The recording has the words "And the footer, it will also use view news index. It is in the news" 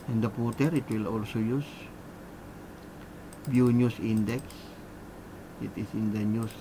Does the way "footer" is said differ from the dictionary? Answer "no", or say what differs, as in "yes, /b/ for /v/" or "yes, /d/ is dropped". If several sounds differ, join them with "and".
yes, /p/ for /f/